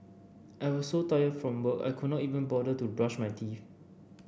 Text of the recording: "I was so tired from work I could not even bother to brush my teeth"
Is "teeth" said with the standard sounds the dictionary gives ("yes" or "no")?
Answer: no